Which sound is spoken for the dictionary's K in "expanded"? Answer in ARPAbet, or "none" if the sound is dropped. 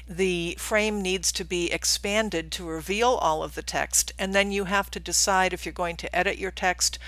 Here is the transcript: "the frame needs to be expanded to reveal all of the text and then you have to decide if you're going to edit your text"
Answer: K